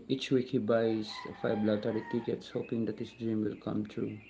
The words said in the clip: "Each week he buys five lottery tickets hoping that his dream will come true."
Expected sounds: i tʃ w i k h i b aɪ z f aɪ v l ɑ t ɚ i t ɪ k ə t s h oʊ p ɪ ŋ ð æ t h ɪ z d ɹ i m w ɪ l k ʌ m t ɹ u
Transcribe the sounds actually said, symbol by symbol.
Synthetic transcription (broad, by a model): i tʃ w i k h i b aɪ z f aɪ b l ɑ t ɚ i t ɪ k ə t s h oʊ p ɪ ŋ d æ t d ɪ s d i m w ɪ l k ʌ m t ɹ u